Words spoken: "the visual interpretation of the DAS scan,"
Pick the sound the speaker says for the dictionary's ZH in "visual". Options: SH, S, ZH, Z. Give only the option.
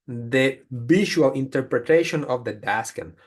SH